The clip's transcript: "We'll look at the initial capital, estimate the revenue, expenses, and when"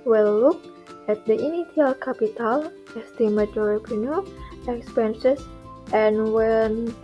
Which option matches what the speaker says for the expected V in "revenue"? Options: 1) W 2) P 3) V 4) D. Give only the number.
2